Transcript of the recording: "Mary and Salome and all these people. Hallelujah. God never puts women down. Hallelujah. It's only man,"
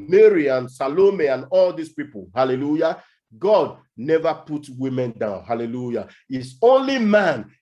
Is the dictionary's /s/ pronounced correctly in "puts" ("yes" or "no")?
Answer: no